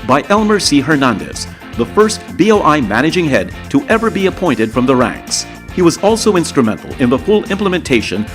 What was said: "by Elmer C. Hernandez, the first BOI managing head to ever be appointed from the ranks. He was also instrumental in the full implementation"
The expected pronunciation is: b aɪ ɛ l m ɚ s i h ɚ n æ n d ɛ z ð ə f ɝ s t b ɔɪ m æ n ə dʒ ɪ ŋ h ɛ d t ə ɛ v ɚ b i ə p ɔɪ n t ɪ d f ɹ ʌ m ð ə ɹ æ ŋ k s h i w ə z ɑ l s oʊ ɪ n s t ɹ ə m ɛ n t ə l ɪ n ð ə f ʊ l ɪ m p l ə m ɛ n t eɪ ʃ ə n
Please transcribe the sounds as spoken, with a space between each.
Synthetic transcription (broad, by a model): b aɪ ɛ l m ɚ s i h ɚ n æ n d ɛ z ð ə f ɝ s t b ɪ m æ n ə dʒ ɪ ŋ h ɛ d t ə ɛ v ɚ b i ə p ɔɪ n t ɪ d f ɹ ʌ m ð ə ɹ æ ŋ k s h i w ə z ɑ l s oʊ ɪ n s t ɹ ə m ɛ n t l ɪ n ð ə f ʊ l ɪ m p l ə m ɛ n t eɪ ʃ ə n